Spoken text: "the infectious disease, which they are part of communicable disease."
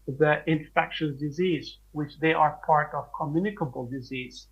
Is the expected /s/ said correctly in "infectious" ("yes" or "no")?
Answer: no